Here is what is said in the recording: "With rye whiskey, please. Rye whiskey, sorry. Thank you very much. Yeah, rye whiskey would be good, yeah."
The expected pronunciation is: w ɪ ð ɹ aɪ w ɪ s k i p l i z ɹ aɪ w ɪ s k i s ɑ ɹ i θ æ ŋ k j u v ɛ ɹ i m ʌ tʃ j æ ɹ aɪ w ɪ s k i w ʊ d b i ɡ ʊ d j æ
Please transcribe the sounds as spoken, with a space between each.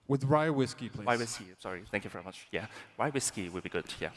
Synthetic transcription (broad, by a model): w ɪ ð ɹ aɪ w ɪ s k i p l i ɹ aɪ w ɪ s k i s ɑ ɹ i θ æ ŋ k j u v ɛ ɹ i m ʌ tʃ j æ ɹ aɪ w ɪ s k i w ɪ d b i ɡ ʊ d j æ